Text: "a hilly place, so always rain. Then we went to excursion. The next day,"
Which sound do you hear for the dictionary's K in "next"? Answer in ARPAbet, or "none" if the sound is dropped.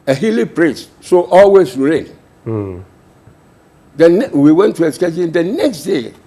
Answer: K